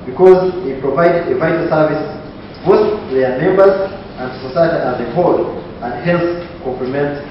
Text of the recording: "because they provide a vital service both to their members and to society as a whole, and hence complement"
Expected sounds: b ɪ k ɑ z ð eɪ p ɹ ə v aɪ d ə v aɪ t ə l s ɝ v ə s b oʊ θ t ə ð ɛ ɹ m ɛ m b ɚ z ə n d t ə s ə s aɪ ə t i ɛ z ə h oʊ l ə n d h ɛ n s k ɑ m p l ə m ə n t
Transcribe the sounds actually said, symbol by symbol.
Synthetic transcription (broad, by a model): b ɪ k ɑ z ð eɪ p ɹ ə v aɪ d ə v aɪ t ə l s ɝ v ə s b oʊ s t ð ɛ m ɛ m b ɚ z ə n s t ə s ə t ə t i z ə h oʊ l ə n d h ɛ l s k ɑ m p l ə m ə n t